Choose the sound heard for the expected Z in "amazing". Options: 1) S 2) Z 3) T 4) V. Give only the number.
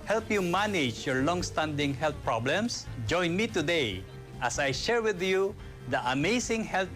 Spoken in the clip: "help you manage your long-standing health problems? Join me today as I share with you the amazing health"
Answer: 1